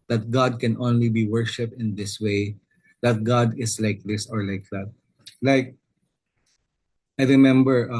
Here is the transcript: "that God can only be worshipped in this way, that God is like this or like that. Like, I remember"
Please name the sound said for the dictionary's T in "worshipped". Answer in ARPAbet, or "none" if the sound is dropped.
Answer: T